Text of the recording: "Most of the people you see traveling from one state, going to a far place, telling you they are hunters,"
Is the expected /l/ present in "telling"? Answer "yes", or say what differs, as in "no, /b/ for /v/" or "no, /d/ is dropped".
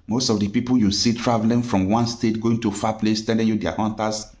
no, /n/ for /l/